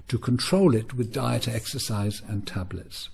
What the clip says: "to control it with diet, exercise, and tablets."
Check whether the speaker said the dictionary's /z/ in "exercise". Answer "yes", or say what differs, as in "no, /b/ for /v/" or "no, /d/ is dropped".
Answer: yes